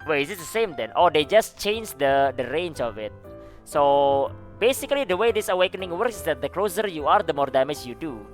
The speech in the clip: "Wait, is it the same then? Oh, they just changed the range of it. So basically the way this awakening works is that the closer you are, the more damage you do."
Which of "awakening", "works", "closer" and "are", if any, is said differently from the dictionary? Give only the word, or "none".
none